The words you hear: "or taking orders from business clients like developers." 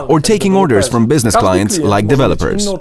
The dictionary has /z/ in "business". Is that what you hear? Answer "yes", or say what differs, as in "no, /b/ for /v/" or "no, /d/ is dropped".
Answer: yes